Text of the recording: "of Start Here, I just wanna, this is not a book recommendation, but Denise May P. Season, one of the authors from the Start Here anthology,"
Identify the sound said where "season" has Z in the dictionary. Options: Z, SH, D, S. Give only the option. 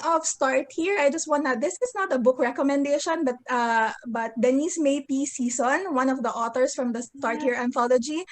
S